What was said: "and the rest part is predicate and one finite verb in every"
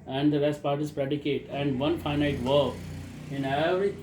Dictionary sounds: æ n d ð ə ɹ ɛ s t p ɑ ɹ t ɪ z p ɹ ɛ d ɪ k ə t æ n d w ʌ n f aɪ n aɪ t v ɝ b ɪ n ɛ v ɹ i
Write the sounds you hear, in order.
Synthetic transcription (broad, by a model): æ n d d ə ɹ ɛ s t p ɑ ɹ t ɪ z p ɹ ɛ d ɪ k ə t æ n d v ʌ n f aɪ n aɪ t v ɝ ɪ n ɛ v ɹ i